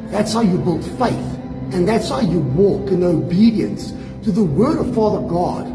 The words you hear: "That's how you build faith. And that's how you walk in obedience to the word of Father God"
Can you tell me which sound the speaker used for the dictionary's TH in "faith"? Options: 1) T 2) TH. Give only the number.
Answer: 2